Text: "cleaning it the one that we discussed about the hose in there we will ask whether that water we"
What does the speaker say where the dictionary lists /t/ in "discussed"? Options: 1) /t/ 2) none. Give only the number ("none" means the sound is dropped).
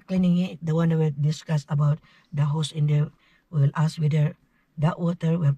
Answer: 2